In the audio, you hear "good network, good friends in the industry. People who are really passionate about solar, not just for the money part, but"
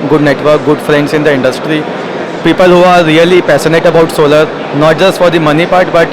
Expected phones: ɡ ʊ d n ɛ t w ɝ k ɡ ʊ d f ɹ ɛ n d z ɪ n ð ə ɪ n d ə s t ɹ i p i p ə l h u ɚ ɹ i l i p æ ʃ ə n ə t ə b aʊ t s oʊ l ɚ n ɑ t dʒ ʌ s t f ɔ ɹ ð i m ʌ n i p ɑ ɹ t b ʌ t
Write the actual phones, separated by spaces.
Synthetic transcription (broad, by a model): ɡ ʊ d n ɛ t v ɝ k ɡ ʊ d f ɹ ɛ n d s ɪ n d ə ɪ n d ə s t ɹ i p i p ə l h u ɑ ɹ i l i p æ s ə n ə t ə b aʊ t s oʊ l ɚ n ɑ t dʒ ʌ s t f ɔ ɹ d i m ʌ n i p ɑ ɹ t b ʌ t